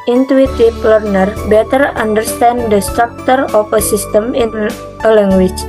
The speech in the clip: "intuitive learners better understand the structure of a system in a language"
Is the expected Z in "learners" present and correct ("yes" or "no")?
no